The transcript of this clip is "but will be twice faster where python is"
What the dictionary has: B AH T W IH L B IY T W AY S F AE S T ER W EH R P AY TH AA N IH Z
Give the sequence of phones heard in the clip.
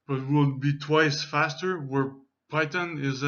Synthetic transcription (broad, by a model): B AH T W IH L B IY T W AY S F AE S T ER W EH R P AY T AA N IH Z